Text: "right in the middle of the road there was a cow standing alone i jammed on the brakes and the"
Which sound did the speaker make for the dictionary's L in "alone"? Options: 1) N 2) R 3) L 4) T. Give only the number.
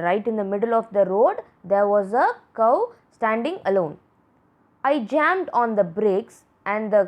3